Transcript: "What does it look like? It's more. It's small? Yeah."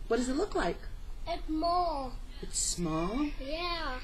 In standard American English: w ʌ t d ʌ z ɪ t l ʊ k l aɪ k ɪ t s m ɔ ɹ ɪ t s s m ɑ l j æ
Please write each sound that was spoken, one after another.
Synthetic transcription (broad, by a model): w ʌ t d ʌ z ɪ t l ʊ k l aɪ k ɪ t m ɔ l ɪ t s s m ɑ l j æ